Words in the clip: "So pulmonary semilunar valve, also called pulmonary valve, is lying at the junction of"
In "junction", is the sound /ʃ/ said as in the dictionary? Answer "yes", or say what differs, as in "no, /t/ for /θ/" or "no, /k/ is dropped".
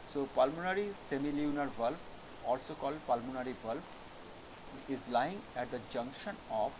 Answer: yes